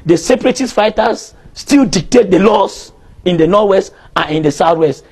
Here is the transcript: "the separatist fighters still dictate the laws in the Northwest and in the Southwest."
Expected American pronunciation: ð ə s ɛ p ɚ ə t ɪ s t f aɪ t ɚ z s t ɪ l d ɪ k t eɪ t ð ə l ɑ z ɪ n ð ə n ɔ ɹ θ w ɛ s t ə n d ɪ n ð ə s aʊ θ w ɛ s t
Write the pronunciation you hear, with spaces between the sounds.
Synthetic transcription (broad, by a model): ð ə s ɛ p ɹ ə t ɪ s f aɪ t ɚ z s t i l d ɪ k t eɪ t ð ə l ɑ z ɪ n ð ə n ɔ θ w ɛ s t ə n ɪ n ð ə s aʊ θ w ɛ s t